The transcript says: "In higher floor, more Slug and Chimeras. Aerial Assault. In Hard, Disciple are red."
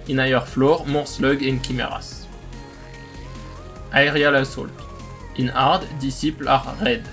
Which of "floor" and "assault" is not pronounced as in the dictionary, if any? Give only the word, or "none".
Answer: none